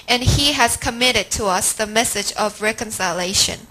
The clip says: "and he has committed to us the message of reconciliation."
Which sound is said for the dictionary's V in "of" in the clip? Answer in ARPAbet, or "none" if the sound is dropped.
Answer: V